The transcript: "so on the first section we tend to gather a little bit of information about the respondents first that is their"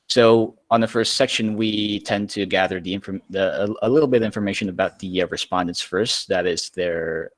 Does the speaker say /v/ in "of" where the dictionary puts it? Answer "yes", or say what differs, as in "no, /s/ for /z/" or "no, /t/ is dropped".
yes